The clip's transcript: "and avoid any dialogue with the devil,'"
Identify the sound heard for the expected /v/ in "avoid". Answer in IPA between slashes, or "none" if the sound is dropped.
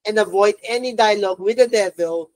/v/